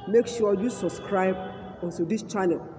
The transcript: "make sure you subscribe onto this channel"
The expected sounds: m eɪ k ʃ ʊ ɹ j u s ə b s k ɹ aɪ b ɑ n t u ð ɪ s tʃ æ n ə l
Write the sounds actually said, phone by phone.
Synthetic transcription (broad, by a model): m eɪ k ʃ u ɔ j u s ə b s k ɹ aɪ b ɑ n s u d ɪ s tʃ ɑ n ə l